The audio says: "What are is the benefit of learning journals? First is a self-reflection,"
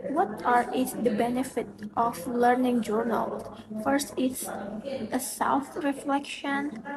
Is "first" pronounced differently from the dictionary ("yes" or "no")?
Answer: no